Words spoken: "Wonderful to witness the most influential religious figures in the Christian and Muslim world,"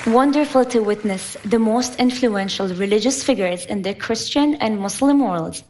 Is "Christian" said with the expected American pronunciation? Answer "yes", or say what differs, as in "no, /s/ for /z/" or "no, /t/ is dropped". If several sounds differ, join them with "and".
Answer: yes